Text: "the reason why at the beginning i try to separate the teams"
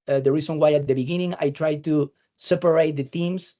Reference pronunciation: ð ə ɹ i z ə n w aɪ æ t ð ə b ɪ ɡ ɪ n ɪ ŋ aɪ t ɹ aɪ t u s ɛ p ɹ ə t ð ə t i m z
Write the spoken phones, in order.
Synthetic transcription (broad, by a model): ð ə ɹ i s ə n w aɪ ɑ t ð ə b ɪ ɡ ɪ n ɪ ŋ aɪ t ɹ aɪ t u s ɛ p ɹ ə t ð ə t i m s